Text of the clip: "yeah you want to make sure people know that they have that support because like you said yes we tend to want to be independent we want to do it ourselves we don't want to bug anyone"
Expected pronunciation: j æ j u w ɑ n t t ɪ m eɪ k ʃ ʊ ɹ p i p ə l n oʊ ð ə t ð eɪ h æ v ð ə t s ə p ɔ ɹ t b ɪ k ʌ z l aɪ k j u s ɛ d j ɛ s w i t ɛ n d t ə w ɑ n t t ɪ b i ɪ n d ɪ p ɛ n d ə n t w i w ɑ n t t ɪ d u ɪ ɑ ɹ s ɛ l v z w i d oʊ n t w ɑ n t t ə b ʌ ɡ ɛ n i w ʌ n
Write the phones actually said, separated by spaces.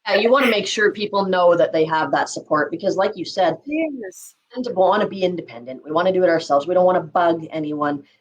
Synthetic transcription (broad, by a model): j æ j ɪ w ɑ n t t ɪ m eɪ k ʃ ʊ ɹ p i p l n oʊ ð ə t ð eɪ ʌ v ð ə t s ə p ɔ ɹ t b ɪ k ʌ z l aɪ k j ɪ s ɛ d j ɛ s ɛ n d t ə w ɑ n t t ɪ b i ɪ n d ɪ p ɛ n d ə n t w i w ɑ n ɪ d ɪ d ɪ ɑ ɹ s ɛ l v z w i d oʊ n t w ɑ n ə b ʌ ɡ ɛ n i w ʌ n